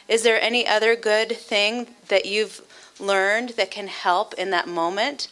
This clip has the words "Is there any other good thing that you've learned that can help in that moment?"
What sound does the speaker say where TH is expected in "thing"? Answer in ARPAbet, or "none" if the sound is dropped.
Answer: TH